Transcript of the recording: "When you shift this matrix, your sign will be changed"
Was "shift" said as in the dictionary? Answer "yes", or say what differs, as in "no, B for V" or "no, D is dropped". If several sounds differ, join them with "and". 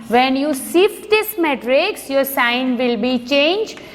no, S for SH